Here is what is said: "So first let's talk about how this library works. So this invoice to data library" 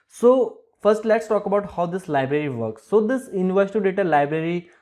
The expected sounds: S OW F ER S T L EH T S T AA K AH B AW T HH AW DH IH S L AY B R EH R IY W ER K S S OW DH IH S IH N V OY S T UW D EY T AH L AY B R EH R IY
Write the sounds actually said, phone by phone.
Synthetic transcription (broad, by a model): S OW F ER S T L EH T S T AA K AH B AW T HH AW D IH S L AY B R EH R IY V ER K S S OW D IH S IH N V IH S T UW D EY T AH L AY B R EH R IY